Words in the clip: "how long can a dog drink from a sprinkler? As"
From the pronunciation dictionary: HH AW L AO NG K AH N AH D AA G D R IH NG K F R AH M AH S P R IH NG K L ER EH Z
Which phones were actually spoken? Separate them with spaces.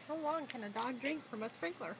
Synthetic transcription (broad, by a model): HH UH W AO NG K AH N AH D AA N D R IH NG K F R AH M AH S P R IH NG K L ER